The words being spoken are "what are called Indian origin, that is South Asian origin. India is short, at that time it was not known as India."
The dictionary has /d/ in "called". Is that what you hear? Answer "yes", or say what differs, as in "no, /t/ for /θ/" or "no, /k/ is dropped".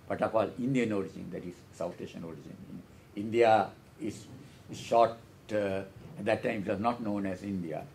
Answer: no, /d/ is dropped